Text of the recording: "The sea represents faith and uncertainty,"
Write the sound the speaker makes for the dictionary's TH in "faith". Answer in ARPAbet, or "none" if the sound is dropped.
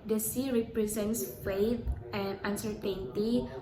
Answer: T